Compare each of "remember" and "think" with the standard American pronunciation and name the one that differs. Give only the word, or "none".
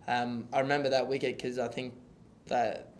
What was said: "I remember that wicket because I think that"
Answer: none